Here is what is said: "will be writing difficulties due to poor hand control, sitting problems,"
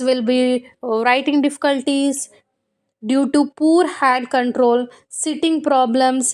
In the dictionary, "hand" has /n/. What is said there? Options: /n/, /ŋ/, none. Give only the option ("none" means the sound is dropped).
none